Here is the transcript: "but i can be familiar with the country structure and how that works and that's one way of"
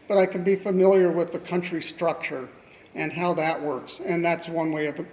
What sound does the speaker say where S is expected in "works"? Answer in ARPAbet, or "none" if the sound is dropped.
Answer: S